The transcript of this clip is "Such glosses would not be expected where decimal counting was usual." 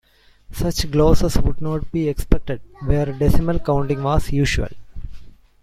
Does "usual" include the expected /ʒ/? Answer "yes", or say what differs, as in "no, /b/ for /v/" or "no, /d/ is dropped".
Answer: no, /ʃ/ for /ʒ/